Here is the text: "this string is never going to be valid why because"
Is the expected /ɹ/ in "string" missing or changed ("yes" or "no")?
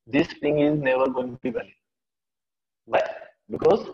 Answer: yes